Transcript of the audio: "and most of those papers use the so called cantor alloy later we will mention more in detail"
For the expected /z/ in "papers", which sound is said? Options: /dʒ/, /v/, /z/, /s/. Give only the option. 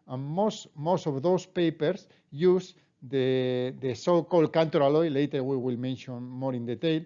/s/